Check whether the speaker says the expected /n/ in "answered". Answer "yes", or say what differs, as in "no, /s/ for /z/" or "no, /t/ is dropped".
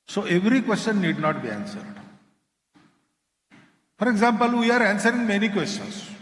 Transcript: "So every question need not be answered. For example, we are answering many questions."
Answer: yes